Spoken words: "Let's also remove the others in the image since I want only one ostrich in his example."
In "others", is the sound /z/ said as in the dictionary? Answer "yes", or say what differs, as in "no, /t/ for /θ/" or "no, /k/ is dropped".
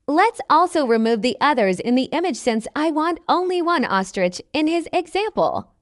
yes